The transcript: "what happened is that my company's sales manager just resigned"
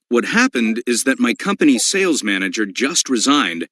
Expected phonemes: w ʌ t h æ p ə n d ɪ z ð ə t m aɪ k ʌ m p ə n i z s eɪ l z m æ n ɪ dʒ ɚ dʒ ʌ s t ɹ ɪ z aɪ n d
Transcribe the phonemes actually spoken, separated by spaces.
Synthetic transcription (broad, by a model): w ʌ t h æ p ə n d ɪ z ð ə t m aɪ k ʌ m p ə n i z s eɪ l z m æ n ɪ dʒ ɚ dʒ ʌ s t ɹ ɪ z aɪ n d